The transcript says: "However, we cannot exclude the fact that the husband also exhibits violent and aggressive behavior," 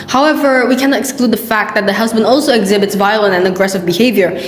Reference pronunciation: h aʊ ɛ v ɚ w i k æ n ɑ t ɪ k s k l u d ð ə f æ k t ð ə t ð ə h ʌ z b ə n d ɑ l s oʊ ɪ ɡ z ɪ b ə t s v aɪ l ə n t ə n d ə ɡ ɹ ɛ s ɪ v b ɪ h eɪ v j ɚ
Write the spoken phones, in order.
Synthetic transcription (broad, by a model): h aʊ ɛ v ɚ w i k æ n ɑ t ɪ k s k l u d ð ə f æ k t ð ə t ð ə h ʌ z b ə n d ɑ l s oʊ ɪ ɡ z ɪ b ə t s v aɪ l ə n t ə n ə ɡ ɹ ɛ s ɪ v b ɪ h eɪ v j ɚ